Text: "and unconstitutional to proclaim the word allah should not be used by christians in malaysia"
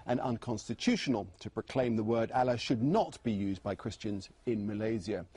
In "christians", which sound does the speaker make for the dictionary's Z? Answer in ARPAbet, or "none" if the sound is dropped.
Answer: Z